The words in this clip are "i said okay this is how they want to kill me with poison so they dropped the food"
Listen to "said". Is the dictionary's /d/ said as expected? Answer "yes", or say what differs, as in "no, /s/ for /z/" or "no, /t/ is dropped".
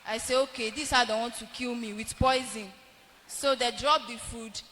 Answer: no, /d/ is dropped